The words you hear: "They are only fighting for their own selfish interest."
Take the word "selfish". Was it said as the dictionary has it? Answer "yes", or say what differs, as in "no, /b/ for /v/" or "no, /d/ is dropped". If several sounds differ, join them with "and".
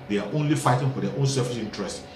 no, /s/ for /ʃ/